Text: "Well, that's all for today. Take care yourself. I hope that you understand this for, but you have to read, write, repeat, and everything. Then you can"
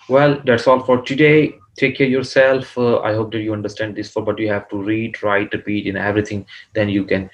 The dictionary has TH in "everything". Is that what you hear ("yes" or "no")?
no